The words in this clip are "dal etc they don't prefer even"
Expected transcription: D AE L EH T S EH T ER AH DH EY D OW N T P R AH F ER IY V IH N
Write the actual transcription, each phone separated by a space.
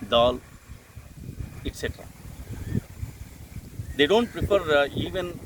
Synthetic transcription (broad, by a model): D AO L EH T S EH T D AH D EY D OW N T P R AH P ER IY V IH N